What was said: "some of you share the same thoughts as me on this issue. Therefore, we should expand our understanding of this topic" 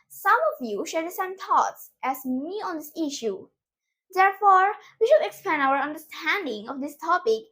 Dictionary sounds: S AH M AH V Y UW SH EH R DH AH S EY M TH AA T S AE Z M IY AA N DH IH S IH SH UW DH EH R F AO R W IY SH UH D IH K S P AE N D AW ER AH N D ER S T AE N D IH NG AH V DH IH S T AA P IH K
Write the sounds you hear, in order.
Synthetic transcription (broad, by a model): S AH M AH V Y UW SH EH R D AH S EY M T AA T S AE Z M IY AA N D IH S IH SH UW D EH R F AO R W IY SH UH D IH K S P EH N AW ER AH N D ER S T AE N D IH NG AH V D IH S T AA P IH K